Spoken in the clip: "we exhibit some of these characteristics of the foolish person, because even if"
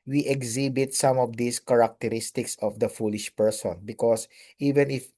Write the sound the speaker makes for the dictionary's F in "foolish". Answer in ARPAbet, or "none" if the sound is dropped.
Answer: F